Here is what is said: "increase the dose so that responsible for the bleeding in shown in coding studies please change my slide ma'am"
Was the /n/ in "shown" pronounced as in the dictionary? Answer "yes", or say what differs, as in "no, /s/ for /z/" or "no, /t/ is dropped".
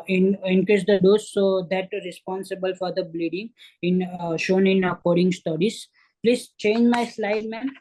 yes